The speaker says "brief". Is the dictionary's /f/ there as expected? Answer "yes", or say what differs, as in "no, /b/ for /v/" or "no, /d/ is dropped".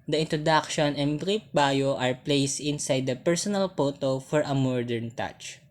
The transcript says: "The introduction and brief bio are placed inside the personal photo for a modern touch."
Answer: no, /p/ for /f/